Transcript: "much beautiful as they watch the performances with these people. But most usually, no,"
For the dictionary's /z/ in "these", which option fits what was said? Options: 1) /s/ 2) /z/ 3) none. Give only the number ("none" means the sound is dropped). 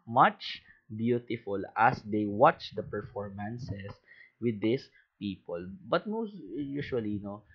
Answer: 1